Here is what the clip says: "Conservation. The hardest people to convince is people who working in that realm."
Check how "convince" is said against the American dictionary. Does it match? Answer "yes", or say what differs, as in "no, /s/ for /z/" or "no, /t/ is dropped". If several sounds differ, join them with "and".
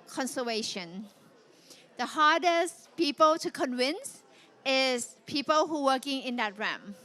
yes